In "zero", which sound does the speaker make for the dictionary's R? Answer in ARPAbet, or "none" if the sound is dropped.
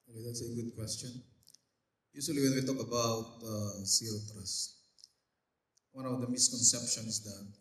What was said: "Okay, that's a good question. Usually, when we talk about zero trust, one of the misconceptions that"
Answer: none